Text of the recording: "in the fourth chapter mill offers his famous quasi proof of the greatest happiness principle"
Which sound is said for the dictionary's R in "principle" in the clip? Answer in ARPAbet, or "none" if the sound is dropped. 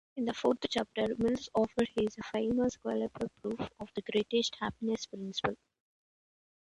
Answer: R